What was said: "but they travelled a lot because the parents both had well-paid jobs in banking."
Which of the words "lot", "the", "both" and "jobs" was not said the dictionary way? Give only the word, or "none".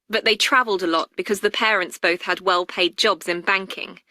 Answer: none